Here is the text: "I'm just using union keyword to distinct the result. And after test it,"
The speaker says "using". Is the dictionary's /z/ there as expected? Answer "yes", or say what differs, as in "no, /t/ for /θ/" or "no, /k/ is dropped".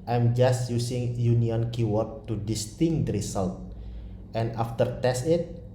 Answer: no, /s/ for /z/